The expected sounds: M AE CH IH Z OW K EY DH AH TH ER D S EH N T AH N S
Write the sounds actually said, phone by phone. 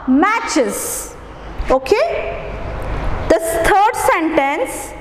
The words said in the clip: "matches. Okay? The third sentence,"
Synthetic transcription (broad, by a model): M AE CH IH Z OW K EY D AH T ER D S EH N T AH N S